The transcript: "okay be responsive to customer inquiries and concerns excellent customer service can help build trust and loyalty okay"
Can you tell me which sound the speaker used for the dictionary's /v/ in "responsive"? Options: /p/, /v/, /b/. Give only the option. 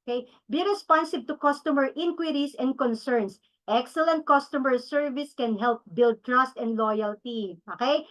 /b/